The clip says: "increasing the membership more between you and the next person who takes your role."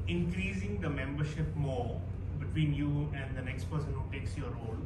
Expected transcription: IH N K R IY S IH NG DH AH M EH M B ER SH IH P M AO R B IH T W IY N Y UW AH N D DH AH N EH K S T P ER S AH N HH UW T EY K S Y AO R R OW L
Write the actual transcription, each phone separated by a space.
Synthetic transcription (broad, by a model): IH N K R IY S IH NG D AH M EH M B ER SH IH P M AO R B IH T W IY N Y UW AH N D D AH N EH K S T P ER S AH N HH UW T EY K S Y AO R R OW L